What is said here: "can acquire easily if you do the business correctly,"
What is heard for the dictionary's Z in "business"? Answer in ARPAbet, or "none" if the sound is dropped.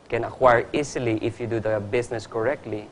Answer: S